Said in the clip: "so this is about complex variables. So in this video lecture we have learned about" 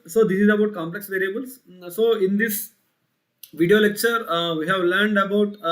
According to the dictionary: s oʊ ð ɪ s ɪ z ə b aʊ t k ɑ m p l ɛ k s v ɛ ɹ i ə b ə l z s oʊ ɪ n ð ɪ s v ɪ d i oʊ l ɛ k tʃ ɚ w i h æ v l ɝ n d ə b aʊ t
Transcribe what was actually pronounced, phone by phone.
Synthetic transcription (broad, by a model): s oʊ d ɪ s ɪ z ə b aʊ t k ɑ m p l ɛ k s v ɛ ɹ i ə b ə l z s oʊ ɪ n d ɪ s v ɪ d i oʊ l ɛ k tʃ ɚ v i h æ v l ɝ n d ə b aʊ t